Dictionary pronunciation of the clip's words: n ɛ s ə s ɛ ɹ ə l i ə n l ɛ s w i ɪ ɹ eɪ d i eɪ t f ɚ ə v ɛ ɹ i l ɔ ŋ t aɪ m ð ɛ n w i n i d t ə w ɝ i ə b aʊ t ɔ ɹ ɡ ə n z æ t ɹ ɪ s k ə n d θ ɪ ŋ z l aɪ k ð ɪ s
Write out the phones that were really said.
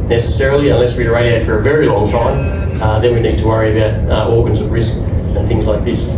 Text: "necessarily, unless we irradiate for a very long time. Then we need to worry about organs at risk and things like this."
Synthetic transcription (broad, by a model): n ɛ s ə s ɛ ɹ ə l i ə n l ɛ s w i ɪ ɹ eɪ d i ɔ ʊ f ɚ ə v ɛ ɹ i l ɔ ŋ t aɪ m ð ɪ n w i n i d t ə w ɝ i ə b aʊ t ɔ ɹ ɡ ə n z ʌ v ɹ ɪ s k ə n θ ɪ ŋ z l aɪ k ð ɪ s